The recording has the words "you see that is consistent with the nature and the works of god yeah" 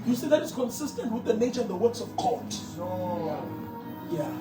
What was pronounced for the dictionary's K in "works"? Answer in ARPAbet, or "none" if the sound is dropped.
K